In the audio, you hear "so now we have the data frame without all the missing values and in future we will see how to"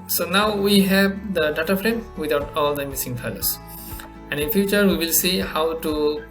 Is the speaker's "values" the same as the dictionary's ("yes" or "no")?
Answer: no